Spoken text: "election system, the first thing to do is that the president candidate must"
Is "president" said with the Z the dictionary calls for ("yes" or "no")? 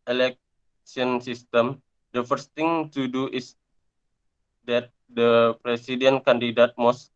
no